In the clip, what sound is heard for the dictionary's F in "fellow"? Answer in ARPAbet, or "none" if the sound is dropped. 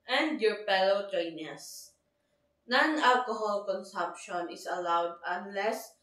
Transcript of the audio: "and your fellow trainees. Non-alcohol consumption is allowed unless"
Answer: P